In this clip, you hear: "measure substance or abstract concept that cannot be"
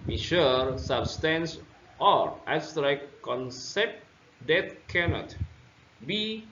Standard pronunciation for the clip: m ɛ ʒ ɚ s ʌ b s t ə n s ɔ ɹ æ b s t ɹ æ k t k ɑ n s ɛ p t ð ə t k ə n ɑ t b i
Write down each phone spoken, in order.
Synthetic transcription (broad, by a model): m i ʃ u s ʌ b s t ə n s ɔ ɹ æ s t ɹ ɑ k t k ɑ n s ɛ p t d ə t k ə n ɑ t b i